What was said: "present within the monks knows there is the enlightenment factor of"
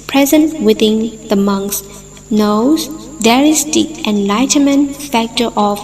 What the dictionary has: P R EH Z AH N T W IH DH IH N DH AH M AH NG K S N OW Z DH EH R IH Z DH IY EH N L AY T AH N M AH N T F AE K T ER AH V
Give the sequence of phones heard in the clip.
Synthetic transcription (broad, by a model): P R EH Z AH N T W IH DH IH N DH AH M AH NG K S N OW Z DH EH R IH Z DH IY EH N L AY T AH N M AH N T F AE K T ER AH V